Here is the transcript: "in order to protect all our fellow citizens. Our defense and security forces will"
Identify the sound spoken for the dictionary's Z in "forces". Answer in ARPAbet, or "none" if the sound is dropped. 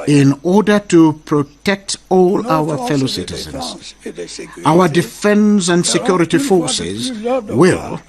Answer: Z